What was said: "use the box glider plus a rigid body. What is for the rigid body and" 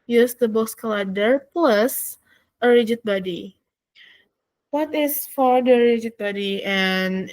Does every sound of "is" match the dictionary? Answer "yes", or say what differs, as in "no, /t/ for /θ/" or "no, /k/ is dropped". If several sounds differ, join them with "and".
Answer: no, /s/ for /z/